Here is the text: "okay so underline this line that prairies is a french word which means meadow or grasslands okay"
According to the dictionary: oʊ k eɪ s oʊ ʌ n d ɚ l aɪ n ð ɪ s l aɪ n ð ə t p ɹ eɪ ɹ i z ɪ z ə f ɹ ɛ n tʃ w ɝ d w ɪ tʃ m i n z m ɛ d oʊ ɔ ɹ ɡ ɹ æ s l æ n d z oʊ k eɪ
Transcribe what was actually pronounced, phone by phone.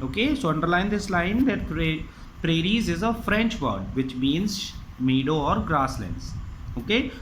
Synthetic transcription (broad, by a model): oʊ k eɪ s oʊ ʌ n d ɚ l aɪ n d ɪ s l aɪ n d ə t p ɹ eɪ ɹ i z ɪ z ə f ɹ ɛ n tʃ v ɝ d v ɪ tʃ m i n z m ɛ d oʊ ɔ ɹ ɡ ɹ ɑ s l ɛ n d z oʊ k eɪ